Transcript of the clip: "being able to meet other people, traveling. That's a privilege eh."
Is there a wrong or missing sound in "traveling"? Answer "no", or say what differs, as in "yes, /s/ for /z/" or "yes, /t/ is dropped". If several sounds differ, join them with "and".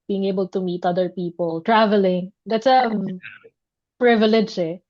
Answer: no